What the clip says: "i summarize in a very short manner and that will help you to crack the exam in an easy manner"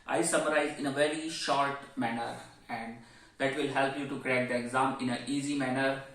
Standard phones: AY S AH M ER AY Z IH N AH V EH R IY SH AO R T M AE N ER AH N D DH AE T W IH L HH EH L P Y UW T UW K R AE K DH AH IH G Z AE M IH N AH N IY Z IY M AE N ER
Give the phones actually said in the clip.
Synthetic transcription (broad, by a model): AY S AH M ER AY Z IH N AH V EH R IY SH AO R T M AE N ER AH N D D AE T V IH L HH EH L P Y UW T UW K R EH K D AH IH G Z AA M IH N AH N IY Z IY M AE N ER